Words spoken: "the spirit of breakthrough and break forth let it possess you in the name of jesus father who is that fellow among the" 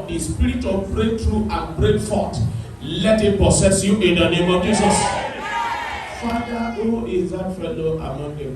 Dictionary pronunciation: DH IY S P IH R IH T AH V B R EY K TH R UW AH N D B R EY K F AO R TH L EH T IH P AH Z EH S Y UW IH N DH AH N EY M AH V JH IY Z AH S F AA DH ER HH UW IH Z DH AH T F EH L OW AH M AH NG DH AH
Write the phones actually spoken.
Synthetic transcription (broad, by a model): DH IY S P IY R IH T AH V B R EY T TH R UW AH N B R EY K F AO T L EH T IH P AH S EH S Y UW IH N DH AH N EY M AH V JH IY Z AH S F AA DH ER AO IH Z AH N F EH L OW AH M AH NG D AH